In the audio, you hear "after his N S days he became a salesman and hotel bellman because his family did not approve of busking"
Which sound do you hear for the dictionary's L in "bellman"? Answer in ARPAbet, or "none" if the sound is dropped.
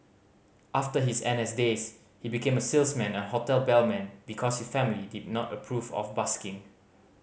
L